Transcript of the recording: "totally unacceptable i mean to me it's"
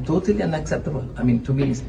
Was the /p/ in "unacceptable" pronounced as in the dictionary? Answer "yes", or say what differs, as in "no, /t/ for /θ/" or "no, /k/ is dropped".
no, /p/ is dropped